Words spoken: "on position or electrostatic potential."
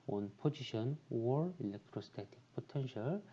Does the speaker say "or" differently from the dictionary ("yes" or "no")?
no